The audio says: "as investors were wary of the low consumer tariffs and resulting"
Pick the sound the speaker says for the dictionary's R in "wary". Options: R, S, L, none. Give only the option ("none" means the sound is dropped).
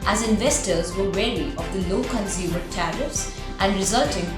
L